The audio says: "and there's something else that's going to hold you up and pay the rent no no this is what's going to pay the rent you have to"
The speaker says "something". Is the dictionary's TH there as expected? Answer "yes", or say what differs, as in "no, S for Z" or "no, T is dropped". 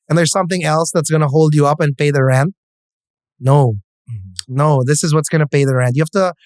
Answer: yes